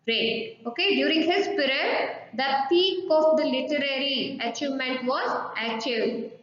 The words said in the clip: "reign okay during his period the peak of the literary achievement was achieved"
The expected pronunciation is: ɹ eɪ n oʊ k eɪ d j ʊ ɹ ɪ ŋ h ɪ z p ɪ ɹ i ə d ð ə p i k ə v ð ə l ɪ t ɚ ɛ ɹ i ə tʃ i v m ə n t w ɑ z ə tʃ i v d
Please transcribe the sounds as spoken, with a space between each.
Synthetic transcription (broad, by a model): ɹ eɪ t oʊ k eɪ d j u ɹ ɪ ŋ h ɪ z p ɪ ɹ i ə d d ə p i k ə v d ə l ɪ t ɚ ɛ ɹ i ə tʃ i v m ə n t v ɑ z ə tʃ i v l